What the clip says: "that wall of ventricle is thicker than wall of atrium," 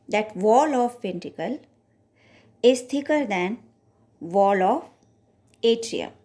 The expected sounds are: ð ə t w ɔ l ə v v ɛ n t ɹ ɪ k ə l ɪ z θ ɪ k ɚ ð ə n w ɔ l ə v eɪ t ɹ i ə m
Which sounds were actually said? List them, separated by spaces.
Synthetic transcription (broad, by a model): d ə t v ɔ l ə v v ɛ n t ɪ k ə l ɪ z t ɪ k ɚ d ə n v ɔ l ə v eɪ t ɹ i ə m